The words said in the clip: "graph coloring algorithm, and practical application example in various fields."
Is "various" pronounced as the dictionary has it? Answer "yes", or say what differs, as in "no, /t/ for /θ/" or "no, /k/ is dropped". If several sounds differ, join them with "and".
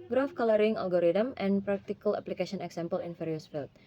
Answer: no, /f/ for /v/